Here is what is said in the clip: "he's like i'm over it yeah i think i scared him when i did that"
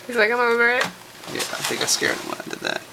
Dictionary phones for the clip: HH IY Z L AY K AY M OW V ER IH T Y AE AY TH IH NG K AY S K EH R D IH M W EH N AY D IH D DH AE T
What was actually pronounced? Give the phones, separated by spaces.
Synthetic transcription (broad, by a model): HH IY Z L AY K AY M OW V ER IH T Y AE AY TH IH NG K AY S K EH R IH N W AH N AY D IH D DH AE T